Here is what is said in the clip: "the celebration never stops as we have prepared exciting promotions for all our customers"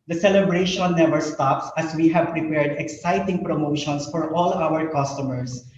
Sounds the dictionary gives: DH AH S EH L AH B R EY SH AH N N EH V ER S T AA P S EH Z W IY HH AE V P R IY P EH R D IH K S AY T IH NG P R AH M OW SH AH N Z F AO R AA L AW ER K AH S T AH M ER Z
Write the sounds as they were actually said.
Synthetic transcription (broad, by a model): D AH S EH L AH B R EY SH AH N N EH V ER S T AA P S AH S W IY HH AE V P R IY P EH R D IH K S AY T IH NG P R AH M OW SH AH N S F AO R AA L AW ER K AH S T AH M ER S